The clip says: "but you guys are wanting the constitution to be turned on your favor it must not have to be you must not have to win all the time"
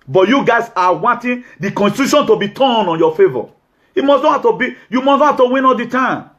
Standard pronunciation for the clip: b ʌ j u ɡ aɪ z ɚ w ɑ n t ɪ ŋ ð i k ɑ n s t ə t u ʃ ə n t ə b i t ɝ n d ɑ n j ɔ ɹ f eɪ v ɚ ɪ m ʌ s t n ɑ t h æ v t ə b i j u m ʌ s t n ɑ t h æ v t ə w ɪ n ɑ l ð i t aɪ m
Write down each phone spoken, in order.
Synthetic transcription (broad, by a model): b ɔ j u ɡ aɪ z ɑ w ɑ n t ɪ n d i k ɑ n s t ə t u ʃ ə n t ə b i t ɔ n ɑ n j ɔ f eɪ v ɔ ɪ m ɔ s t n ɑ h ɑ f t ə b i j u m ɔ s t n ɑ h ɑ f t ə w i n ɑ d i t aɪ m